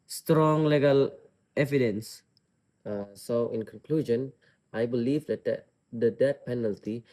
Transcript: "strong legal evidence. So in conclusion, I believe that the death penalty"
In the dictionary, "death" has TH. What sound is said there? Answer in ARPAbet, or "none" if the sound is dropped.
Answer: T